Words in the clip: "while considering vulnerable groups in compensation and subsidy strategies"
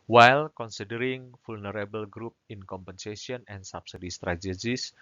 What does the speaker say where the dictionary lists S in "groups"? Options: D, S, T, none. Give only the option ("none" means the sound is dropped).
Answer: none